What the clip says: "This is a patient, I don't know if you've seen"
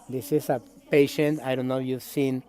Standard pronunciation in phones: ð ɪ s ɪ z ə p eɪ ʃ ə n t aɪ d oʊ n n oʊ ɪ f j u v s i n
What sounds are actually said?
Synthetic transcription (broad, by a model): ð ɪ s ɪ s ə p eɪ ʃ ə n t aɪ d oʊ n n oʊ j u v s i n